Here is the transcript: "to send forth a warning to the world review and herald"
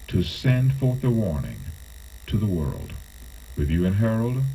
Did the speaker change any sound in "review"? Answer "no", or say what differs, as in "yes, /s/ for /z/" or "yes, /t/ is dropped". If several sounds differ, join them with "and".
yes, /w/ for /ɹ/